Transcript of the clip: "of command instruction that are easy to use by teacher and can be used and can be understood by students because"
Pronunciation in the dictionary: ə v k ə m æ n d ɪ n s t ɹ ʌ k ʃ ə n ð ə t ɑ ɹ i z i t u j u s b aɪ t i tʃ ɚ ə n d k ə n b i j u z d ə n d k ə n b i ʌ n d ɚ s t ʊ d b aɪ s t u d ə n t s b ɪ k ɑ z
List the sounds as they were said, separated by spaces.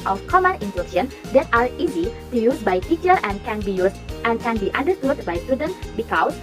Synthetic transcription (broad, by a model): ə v k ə m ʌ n ɪ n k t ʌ ʃ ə n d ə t ɑ ɹ i z i t u j u s b aɪ t i tʃ ɚ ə n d k ə n b i j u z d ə n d k ə n b i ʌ n d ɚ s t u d b aɪ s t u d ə n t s b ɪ k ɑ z